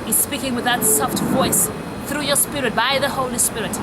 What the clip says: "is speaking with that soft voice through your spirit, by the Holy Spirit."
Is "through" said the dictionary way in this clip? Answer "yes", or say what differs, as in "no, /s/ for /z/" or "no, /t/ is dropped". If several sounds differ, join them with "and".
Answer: yes